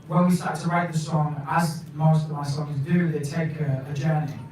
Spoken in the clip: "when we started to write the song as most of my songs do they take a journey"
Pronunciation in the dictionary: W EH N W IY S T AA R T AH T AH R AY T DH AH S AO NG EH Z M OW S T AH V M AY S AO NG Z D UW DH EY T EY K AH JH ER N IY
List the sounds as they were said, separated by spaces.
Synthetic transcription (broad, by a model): W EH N W IY S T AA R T T AH R AY T DH AH S AO NG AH Z M OW S T AH V M AY S AO NG Z D UW DH EY T EY K AH JH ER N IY